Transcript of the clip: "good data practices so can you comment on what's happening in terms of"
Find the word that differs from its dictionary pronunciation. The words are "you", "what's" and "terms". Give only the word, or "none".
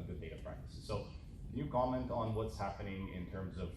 none